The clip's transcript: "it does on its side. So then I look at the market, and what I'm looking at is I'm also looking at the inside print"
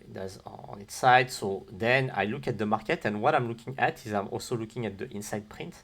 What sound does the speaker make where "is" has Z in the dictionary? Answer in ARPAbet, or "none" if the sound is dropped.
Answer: Z